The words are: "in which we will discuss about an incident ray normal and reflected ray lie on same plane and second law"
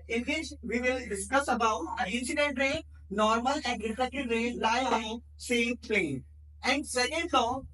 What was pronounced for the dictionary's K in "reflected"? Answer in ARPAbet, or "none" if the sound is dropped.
none